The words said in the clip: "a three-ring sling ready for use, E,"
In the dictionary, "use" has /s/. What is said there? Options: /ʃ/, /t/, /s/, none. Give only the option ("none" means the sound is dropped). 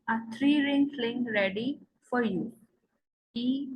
none